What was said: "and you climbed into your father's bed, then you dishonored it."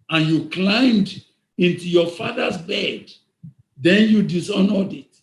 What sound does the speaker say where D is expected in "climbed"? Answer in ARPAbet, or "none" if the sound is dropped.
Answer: D